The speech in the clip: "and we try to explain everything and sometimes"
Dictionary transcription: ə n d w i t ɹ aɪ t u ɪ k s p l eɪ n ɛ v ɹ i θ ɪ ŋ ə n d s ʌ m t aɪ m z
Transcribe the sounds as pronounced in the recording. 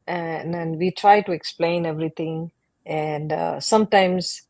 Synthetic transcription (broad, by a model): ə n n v i t ɹ aɪ t u ɪ k s p l eɪ n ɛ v ɹ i t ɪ ŋ ə n d s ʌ m t aɪ m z